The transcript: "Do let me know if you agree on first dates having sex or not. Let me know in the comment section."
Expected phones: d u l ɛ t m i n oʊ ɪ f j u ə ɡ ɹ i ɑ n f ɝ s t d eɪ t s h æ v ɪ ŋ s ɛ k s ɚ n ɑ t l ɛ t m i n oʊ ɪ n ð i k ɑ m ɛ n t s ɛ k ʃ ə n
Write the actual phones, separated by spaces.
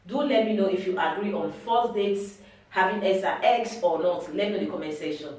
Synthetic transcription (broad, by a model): d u l ɛ t m i n oʊ ɪ f j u ə ɡ ɹ i ɑ n f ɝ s d eɪ t s h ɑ v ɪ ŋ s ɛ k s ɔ n ɑ t l ɛ t m i n oʊ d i k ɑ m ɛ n s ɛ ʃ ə n